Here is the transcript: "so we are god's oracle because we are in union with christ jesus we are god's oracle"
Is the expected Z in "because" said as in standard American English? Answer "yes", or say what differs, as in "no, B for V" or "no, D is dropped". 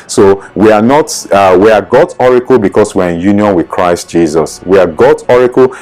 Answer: no, S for Z